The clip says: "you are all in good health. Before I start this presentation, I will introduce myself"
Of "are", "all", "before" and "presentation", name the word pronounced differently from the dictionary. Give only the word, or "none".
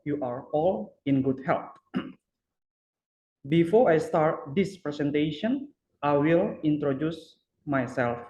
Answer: presentation